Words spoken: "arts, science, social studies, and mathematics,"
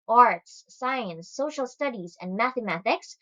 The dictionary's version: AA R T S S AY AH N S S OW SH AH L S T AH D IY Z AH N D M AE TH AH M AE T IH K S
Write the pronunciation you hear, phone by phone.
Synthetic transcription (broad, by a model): AA R T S S AY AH N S S OW SH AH L S T AH D IY Z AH N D M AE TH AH M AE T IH K S